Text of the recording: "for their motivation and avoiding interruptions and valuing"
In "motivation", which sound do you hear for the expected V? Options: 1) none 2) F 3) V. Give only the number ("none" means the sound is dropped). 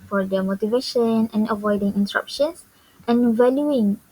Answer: 3